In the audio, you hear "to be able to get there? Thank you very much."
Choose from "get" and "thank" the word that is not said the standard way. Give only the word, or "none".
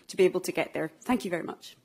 none